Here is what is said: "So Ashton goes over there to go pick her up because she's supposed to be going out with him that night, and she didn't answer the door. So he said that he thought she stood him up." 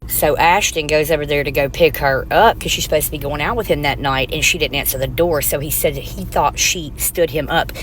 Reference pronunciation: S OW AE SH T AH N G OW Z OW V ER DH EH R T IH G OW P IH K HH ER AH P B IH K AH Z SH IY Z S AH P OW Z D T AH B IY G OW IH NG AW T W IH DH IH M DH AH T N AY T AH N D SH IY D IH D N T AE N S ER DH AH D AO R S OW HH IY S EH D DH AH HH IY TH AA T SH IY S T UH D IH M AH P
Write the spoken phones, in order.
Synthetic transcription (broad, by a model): S OW AE SH T AH N G OW Z OW V ER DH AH R T IH G OW P IH K HH ER AH P K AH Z SH IY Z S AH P OW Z T AH B IY G OW IH NG AW T W IH DH IH M DH AH T N AY T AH N SH IY D IH D N T AE N S ER DH AH D AO R S OW IY S EH D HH IY TH AA T SH IY S T UH D IH M AH P